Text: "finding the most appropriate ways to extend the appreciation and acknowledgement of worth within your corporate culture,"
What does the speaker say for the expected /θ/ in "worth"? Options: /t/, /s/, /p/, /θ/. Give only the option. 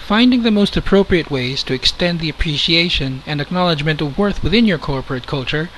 /θ/